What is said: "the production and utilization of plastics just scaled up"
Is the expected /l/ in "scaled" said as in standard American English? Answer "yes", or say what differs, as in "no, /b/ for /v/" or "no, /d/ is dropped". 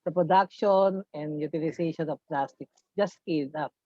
no, /l/ is dropped